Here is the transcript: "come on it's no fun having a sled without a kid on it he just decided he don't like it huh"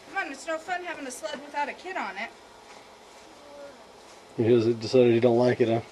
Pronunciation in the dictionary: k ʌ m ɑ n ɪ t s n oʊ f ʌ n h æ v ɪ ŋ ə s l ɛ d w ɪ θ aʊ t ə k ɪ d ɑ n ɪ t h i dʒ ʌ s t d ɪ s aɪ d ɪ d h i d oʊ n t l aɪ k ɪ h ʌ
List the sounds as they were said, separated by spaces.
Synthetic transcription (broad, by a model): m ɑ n ɪ t s n oʊ f ʌ n h æ v ɪ ŋ ə s l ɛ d w ɪ θ aʊ t ə k ɪ d n ɪ t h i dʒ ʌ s d ɪ s aɪ d ɪ d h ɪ d oʊ n t l aɪ k ɪ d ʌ